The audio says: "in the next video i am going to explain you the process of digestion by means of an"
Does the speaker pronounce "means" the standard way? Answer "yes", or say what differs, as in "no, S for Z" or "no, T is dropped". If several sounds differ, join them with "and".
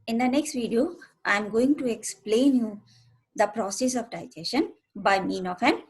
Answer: no, Z is dropped